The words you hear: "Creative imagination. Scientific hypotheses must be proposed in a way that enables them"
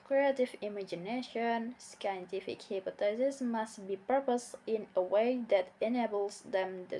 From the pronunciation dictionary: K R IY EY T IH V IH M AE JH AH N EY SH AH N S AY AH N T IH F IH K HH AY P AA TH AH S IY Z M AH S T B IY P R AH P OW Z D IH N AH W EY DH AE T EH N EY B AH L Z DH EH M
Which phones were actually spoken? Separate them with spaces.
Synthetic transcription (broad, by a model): K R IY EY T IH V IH M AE JH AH N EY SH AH N S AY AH N T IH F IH K HH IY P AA T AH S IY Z M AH S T B IY P AH P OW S IH N AH W EY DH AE T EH N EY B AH L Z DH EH M